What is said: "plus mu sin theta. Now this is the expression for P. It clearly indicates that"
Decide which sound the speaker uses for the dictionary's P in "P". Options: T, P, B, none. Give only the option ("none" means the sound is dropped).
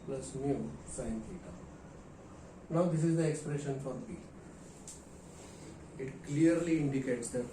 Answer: B